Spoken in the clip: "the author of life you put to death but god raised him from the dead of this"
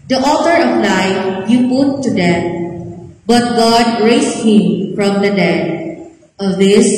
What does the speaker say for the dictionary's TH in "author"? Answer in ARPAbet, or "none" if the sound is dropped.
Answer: T